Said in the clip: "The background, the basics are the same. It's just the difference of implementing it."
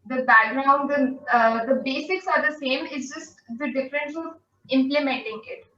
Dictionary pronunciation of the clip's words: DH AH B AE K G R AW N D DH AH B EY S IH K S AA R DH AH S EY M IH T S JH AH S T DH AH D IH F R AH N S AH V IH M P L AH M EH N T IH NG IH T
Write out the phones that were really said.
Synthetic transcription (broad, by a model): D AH B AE G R AW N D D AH B EY S IH K S AA R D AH S EY M IH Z JH AH S T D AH D IH F R AH N S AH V IH M P L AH M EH N T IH NG IH T